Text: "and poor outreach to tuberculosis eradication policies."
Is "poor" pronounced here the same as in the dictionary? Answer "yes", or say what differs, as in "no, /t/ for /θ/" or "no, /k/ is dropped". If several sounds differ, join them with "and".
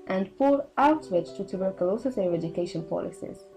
no, /f/ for /p/